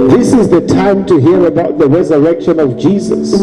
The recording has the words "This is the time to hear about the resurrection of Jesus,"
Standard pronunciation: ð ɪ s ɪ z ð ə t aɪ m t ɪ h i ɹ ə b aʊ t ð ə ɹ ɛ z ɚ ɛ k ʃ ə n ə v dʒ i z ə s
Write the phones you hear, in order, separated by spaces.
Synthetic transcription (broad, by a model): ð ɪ s ɪ z ð ə t aɪ m t ɪ h i ɹ ə b aʊ t ð ə ɹ ɛ z ɚ ɛ k ʃ ə n ə v dʒ i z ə s